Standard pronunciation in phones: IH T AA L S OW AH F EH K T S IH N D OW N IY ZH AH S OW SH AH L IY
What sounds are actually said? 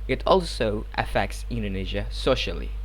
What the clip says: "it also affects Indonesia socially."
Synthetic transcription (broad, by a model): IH T AA L S OW AH F EH K T S IH N D OW N IY ZH AH S OW SH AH L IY